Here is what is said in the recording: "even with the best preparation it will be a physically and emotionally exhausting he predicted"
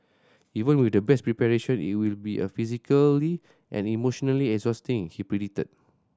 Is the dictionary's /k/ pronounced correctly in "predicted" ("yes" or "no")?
no